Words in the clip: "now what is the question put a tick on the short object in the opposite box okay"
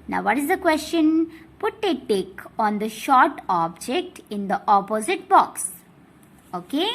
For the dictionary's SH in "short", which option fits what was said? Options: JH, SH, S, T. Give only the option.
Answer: SH